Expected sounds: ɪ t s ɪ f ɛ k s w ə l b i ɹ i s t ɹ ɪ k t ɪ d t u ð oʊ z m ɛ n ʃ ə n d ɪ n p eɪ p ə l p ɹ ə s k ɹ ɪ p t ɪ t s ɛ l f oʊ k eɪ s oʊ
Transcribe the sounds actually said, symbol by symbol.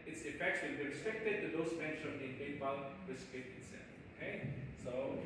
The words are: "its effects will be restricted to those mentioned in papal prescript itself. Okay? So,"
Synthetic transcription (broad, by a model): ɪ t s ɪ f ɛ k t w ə n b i ɹ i s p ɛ k t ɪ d t u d oʊ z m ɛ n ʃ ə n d ɪ n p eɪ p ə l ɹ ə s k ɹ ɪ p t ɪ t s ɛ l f oʊ k eɪ s oʊ